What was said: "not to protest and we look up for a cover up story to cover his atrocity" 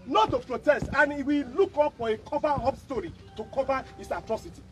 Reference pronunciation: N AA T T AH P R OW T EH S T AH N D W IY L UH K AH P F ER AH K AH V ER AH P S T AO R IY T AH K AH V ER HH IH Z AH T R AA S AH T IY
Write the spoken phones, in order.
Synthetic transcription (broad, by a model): N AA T T AH P R OW T EH S T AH N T W IY L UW K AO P F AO AH K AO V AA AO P S T AO R IY T AH K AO V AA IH S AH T R AA S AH T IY